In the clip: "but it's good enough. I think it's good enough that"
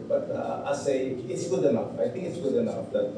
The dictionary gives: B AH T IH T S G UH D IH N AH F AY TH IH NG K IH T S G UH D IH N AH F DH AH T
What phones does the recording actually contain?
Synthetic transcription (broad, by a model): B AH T IH T S G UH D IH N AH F AY T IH NG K IH T S G UH D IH N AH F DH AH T